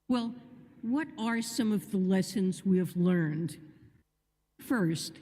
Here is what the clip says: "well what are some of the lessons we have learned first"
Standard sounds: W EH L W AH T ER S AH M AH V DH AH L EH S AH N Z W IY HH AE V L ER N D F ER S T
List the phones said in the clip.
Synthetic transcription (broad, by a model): W EH L W AH T ER S AH M AH V DH AH L EH S AH N Z W IY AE V L ER N D F ER S T